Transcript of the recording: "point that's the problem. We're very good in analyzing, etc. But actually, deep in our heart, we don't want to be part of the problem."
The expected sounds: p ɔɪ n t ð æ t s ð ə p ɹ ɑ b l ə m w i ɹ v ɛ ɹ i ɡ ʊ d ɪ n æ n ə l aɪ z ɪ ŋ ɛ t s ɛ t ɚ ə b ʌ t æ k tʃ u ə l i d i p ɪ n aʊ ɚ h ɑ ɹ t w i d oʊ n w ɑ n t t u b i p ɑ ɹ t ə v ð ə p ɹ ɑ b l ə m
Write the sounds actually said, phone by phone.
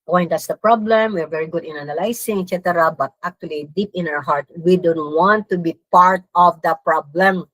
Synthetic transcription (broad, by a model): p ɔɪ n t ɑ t s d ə p ɹ ɑ b l ə m w i ɹ v ɛ ɹ i ɡ ʊ d ɪ n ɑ n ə l aɪ s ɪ ŋ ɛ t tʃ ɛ t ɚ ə b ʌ t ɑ k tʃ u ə l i d i p ɪ n aʊ ɚ h ɑ ɹ t w i d oʊ n w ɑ n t t u b i p ɑ ɹ t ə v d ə p ɹ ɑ b l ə m